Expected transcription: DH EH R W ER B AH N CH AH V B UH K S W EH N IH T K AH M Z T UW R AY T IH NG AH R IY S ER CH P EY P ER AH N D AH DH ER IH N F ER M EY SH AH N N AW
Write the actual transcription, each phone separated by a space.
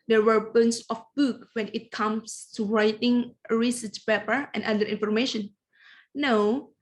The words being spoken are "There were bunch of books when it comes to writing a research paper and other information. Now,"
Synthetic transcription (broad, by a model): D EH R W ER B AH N S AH F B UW K W EH N IH T K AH M S T UW R AY T IH NG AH R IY S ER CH P EY P ER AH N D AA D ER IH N F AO M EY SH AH N N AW